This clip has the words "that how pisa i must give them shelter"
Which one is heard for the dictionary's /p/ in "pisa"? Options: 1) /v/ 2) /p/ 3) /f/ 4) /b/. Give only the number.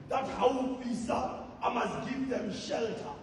3